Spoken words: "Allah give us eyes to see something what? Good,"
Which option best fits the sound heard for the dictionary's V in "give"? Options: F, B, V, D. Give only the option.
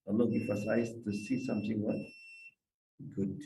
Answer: F